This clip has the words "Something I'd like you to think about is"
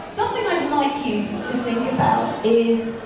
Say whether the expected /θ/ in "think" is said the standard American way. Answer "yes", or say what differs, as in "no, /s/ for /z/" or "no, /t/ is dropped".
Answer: yes